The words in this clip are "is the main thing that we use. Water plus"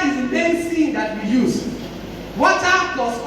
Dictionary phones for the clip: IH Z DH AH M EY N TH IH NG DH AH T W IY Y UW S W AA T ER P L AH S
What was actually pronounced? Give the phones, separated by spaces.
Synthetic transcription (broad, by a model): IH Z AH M EY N S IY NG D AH T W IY Y UW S W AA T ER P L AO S